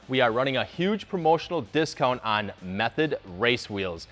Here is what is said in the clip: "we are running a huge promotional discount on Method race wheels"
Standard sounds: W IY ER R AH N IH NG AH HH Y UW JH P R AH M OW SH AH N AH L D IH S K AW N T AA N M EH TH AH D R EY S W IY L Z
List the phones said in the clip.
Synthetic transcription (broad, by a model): W IY ER R AH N IH NG AH HH Y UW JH P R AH M OW SH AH N L D IH S K AW N T N M EH TH AH D R EY S W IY L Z